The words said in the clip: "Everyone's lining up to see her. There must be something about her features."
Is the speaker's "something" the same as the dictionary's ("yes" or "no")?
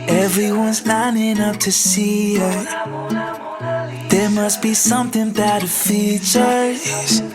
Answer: yes